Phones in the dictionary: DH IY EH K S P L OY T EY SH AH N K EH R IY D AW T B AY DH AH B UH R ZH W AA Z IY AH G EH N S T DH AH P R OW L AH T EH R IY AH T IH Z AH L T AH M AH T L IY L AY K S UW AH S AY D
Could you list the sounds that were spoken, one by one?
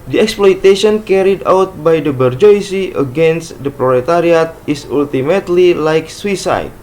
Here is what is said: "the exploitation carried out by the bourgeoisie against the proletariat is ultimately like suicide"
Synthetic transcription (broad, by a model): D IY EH K S P L OY T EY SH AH N K EH R IY D AW T B AY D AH B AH R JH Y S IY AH G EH N S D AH P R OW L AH T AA R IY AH T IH S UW L T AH M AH T L IY L AY K S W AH S AY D